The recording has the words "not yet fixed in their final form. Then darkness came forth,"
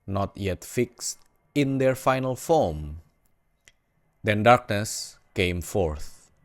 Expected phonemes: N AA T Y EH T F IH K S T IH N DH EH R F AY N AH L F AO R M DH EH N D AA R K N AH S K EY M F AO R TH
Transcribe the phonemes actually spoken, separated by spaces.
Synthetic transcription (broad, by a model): N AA T Y EH T F IH K S T IH N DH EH R F AY N AH L F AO M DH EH N D AA R K N AH S K EY M F AO R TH